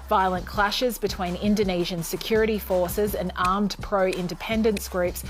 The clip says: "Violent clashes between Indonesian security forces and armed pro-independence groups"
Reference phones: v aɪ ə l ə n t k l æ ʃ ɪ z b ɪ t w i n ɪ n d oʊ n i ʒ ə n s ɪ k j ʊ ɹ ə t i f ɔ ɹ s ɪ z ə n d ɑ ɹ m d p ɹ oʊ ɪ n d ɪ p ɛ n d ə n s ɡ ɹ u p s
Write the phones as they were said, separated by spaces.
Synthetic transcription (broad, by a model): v aɪ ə l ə n k l æ ʃ ɪ z b ɪ t w i n ɪ n d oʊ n i ʒ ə n s ɪ k j ʊ ɹ ə t i f ɔ ɹ s ɪ z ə n ɑ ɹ m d p ɹ oʊ ɪ n d ɪ p ɛ n d ə n s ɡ ɹ u p s